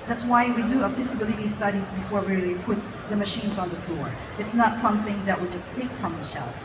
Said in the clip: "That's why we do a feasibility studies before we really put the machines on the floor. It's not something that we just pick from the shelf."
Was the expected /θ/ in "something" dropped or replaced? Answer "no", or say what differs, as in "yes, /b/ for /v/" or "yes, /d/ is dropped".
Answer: no